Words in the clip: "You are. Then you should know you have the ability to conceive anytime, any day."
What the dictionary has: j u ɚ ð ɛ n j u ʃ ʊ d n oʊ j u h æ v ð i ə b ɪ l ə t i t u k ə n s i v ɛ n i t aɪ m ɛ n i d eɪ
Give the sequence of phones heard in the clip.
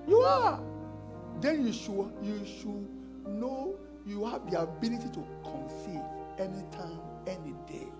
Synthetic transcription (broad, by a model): j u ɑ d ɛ n j u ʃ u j n oʊ j u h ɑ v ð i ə b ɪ l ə t i t u k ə n s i ɛ n i t aɪ m ɛ n i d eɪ